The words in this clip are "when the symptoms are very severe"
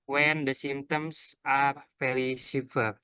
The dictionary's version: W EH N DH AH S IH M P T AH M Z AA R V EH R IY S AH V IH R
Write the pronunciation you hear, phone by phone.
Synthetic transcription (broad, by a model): W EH N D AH S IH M T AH M S AA R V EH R IY S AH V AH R